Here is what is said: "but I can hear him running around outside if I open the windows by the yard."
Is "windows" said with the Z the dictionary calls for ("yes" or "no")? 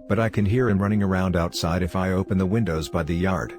yes